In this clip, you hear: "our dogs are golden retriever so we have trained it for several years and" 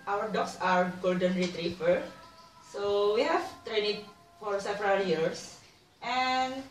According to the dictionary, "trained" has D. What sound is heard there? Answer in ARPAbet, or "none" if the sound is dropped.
none